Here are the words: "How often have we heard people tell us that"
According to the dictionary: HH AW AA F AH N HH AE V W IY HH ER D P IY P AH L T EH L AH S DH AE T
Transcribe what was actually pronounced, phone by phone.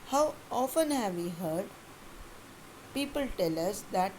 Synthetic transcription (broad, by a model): HH AW AA F AH N HH AE V IY HH ER D P IY P AH L T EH L AH S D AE T